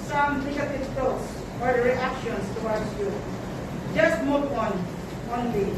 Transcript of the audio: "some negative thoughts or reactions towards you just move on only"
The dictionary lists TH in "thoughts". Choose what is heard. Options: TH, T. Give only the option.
T